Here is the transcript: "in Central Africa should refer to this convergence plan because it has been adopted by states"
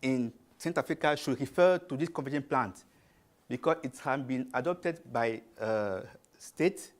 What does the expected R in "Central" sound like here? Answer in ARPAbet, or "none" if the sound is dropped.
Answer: none